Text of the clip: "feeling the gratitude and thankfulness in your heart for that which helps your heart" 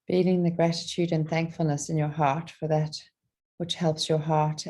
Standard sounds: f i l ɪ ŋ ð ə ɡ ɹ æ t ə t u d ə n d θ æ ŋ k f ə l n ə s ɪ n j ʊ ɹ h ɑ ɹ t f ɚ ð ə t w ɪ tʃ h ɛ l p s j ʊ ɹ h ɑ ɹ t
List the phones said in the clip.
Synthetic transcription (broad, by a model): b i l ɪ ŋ ð ə ɡ ɹ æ t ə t u d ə n θ æ ŋ k f ə l n ə s ɪ n j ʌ ɹ h ɑ ɹ t f ɚ ð ə t w ɪ tʃ h ɛ l p s j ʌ ɹ h ɑ ɹ t